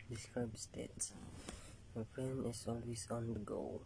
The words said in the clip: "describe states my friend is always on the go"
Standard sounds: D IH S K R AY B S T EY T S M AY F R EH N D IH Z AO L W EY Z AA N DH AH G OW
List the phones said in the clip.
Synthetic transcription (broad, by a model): D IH S K R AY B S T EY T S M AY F R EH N IH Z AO L W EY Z AA N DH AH G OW